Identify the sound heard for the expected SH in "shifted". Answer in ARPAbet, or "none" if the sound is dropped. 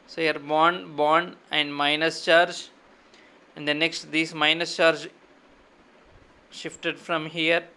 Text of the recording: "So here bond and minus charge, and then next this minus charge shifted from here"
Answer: SH